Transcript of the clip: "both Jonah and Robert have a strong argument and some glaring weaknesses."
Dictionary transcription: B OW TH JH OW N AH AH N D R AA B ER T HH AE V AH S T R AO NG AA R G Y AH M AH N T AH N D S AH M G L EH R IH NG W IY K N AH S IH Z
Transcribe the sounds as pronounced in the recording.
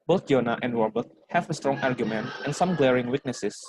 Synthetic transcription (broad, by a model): B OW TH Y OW N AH AH N D W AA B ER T HH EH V AH S T R AO NG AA R G Y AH M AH N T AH N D S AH M G L EH R IH NG W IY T N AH S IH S